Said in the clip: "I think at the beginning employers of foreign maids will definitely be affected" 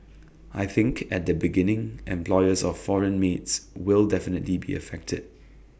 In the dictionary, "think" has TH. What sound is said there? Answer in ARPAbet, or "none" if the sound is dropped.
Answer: TH